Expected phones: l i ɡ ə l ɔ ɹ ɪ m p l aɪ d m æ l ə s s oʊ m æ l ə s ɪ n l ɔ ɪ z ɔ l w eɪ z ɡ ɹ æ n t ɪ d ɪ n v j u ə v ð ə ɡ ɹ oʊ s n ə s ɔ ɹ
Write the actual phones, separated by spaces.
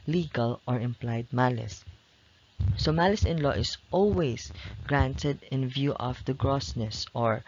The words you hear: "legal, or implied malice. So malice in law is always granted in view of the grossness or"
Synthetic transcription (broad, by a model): l i ɡ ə l ɔ ɹ ɪ m p l aɪ d m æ l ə s s oʊ m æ l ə s ɪ n l ɔ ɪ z ɔ l w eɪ s ɡ ɹ æ n t ɪ d ɪ n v j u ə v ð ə ɡ ɹ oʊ s n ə s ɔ ɹ